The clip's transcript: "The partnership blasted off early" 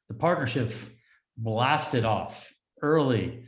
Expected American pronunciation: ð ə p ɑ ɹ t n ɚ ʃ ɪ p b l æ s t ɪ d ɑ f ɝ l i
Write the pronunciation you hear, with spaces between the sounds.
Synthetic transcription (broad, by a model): ð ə p ɑ ɹ t n ɚ ʃ ɪ p b l æ s t ɪ d ɑ f ɝ l i